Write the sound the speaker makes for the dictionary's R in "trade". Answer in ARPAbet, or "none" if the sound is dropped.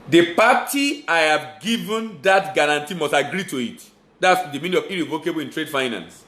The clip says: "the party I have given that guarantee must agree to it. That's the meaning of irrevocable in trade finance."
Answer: R